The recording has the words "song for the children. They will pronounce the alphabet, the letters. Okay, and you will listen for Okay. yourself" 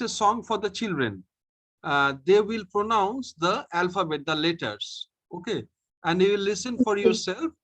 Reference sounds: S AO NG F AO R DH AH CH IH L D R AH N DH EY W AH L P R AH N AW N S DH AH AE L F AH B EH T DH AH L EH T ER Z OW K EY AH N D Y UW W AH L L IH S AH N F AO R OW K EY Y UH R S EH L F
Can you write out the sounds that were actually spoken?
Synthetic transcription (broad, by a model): S AO NG F AO R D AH CH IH L D R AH N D EY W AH L P R AH N AW N S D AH AE L F AH B EH T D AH L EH T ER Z OW K EY AH N D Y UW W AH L L IH S AH N F AO R Y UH R S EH L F